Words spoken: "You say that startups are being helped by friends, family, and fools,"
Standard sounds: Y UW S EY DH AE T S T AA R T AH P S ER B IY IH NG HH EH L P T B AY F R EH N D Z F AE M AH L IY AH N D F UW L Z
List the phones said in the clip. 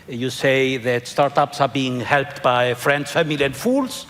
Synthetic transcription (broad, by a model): Y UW S EY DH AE T S T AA R T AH P S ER B IY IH NG HH EH L P T B AY F R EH N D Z F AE M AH L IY AH N D F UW L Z